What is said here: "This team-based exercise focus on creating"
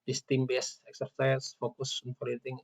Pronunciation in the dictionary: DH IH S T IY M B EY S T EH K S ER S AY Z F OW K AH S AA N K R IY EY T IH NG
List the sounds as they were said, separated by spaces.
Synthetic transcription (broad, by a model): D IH S T IY M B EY S EH K S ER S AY S F OW K AH S AA N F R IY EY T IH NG